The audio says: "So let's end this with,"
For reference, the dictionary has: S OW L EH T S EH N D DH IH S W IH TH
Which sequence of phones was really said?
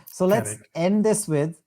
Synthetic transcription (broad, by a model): S OW L EH T S EH N D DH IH S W IH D